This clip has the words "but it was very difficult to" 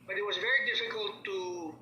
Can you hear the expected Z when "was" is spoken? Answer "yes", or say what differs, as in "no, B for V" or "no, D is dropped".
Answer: yes